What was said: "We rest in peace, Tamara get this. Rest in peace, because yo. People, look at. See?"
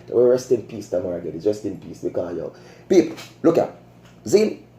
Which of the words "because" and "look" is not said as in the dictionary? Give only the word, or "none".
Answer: because